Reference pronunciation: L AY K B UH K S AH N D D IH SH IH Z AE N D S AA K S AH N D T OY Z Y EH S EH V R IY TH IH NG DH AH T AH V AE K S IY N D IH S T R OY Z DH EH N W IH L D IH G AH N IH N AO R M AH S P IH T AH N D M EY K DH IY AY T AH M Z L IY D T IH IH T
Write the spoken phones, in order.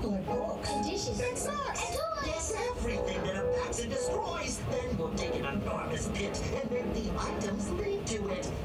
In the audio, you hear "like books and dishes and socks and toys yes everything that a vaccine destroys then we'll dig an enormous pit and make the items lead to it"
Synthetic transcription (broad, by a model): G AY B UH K AH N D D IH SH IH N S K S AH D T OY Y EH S EH V R IY TH IH NG DH AH T AH P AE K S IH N D IH S T R OY Z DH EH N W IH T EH IH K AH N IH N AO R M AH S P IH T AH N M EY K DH IY AY T AH M Z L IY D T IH IH T